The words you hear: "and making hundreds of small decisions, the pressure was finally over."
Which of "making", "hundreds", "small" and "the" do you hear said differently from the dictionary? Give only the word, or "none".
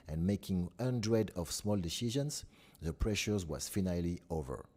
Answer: hundreds